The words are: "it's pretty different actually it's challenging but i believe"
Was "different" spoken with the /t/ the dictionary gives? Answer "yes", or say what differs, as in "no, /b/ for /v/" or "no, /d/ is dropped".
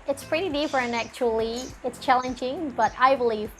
no, /t/ is dropped